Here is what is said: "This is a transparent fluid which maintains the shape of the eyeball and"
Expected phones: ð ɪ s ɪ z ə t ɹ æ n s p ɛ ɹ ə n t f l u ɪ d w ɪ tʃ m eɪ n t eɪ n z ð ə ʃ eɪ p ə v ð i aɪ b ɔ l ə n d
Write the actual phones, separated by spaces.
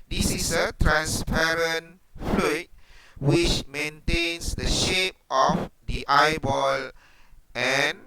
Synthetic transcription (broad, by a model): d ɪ s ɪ s ə t ɹ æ n s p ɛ ɹ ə n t f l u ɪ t w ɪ tʃ m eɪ n t eɪ n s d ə ʃ eɪ p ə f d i aɪ b ɔ l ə n